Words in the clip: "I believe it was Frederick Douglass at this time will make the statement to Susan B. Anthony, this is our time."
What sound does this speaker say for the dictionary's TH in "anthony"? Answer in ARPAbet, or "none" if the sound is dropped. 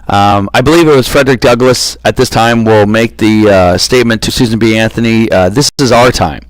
TH